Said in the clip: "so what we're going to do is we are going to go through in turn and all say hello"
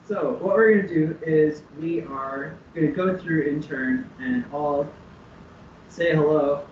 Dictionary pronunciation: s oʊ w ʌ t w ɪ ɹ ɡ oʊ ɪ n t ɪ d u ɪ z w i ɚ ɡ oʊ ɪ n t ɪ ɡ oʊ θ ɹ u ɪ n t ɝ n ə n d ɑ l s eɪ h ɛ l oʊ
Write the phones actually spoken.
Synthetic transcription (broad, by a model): s oʊ w ʌ t w ɪ ɹ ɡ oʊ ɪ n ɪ d u ɪ z w i ɚ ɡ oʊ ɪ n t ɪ ɡ oʊ θ ɹ u ɪ n t ɝ n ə n ɑ l s eɪ h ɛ l oʊ